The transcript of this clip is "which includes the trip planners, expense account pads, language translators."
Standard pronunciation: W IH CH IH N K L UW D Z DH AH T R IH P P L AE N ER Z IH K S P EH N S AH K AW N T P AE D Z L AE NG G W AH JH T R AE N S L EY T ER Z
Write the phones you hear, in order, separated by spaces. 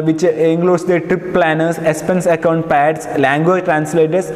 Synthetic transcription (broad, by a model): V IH CH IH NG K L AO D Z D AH T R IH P P L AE N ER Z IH S P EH N S AH K AW N T P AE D S L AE NG G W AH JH T R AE N S L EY T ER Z